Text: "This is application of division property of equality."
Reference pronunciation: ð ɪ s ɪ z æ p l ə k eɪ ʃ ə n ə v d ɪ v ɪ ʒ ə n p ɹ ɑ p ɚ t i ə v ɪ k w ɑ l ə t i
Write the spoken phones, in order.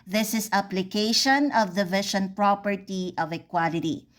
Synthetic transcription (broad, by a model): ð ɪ s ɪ s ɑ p l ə k eɪ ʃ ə n ə v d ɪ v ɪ ʃ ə n p ɹ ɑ p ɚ t i ə v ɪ k w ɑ l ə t i